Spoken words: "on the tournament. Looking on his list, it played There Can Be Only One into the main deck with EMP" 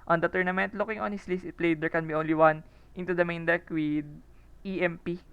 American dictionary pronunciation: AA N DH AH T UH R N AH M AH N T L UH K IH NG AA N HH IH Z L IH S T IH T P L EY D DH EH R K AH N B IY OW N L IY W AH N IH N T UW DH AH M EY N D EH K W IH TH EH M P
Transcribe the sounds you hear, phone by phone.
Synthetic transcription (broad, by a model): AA N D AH T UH R N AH M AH N T L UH K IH NG AA N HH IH S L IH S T IH T P L EY D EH R K AH N B IY OW N L IY W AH N IH N T UW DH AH M EY N D EH K W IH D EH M P